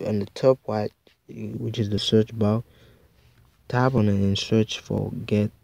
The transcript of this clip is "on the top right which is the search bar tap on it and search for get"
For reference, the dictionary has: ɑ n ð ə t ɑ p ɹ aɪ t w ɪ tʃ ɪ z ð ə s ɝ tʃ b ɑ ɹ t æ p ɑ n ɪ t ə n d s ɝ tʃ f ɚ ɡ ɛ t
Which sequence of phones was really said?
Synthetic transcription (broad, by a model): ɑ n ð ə t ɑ p w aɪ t w ɪ tʃ ɪ z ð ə s ɝ tʃ b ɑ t t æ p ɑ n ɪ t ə n s ɝ tʃ f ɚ ɡ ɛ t